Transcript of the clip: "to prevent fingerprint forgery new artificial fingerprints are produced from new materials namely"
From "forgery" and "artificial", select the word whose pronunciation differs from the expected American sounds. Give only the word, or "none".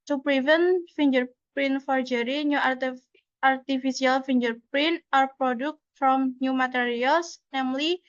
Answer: artificial